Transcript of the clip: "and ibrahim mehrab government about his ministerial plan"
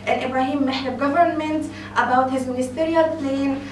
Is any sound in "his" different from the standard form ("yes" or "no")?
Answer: no